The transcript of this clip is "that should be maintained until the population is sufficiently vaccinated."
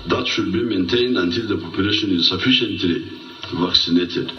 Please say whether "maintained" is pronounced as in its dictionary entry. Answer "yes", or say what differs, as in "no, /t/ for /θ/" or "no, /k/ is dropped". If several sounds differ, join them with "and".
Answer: yes